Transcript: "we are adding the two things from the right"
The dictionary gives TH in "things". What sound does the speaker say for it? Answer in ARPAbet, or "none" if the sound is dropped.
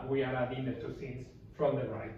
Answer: S